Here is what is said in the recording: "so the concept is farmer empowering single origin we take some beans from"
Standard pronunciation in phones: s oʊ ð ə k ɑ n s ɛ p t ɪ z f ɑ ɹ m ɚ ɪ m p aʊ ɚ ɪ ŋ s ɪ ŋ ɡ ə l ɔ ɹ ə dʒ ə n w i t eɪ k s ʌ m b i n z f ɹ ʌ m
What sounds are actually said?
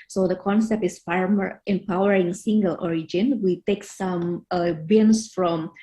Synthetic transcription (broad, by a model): s oʊ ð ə k ɑ n s ɛ p t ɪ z f ɑ ɹ m ɚ ɪ m p aʊ ɚ ɪ ŋ s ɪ ŋ ɡ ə l ɔ ɹ ə dʒ ə n w i t eɪ k s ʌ m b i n s f ɹ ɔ m